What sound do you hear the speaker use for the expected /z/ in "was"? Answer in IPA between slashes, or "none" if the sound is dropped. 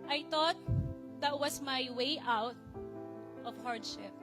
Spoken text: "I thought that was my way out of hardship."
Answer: /s/